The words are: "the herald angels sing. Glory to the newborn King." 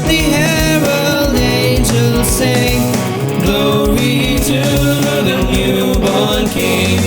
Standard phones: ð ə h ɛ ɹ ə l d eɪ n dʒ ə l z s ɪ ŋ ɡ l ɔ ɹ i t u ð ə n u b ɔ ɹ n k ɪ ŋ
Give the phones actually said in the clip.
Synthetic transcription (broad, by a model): ð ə h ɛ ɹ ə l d eɪ n dʒ ə l z s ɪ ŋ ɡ l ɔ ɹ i t u ð ə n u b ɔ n k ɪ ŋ